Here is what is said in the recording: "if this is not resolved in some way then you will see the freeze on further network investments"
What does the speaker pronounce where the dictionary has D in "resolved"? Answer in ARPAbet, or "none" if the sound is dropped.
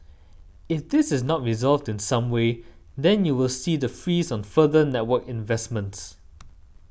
D